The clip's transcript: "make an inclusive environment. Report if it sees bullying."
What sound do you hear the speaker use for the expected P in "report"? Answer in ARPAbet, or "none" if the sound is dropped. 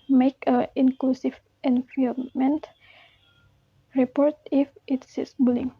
P